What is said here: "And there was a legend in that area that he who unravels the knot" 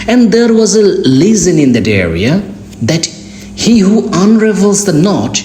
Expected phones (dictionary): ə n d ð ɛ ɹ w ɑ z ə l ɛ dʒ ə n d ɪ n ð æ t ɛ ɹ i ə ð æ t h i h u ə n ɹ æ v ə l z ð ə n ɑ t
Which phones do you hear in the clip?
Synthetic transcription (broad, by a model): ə n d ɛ ɹ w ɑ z ə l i z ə n ɪ n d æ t ɛ ɹ i ə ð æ t h i h u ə n ɹ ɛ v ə l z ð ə n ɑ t